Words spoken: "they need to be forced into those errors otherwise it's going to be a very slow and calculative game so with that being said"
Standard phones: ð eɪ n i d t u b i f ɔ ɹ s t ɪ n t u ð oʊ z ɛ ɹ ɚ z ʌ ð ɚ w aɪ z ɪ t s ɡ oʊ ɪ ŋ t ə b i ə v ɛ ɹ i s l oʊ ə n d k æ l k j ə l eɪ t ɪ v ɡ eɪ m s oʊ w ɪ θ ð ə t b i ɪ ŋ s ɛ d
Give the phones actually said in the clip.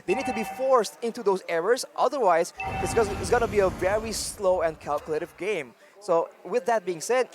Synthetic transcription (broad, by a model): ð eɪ n i d t u b i f ɔ ɹ s t ɪ n t u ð oʊ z ɛ ɹ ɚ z ʌ ð ɚ w aɪ z ɪ t s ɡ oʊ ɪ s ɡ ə b i ə v ɛ ɹ i s l oʊ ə n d k æ l k j ə l eɪ t ɪ v ɡ eɪ m s oʊ w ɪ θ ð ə t b i ɪ ŋ s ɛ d